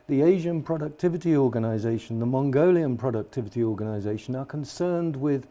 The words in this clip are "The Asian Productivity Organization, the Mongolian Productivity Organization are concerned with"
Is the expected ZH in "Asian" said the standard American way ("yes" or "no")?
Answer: yes